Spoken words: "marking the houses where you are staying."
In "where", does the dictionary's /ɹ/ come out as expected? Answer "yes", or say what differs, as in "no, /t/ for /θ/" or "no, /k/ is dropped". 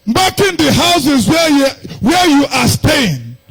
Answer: no, /w/ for /ɹ/